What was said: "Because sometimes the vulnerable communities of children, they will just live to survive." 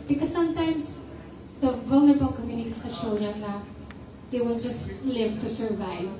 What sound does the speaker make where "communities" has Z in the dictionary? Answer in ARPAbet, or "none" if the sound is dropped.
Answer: S